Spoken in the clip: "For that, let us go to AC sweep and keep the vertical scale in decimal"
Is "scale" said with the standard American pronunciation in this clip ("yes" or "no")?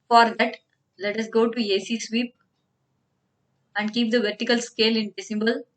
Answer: yes